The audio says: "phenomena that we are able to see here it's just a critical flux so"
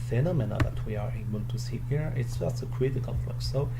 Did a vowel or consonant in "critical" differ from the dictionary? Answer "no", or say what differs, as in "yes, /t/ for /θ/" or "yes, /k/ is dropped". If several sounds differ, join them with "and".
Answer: yes, /n/ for /l/